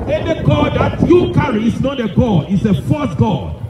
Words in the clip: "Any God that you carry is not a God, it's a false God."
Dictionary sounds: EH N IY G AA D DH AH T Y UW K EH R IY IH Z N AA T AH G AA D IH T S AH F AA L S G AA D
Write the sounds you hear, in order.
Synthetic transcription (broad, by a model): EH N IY G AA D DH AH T Y UW K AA R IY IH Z N AA T AH G AA D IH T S AH F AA S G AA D